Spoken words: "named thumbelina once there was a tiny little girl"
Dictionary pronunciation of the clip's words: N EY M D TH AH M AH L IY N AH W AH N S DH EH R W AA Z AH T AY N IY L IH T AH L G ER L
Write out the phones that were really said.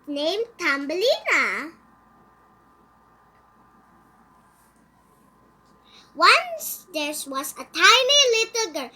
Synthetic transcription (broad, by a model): N EY M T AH M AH L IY N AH W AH N S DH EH R W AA S AH T AY N IY L IH T AH L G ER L